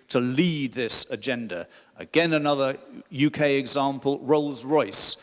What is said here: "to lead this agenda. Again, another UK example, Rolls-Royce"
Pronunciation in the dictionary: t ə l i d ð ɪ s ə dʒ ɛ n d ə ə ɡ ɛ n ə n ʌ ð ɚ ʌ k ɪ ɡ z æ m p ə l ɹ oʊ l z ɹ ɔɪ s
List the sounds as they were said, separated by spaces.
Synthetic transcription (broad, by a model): t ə l i d ð ɪ s ə dʒ ɛ n d ə ə ɡ ɛ n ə n ʌ ð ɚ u k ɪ ɡ z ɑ m p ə l ɹ oʊ l z ɹ ɔɪ s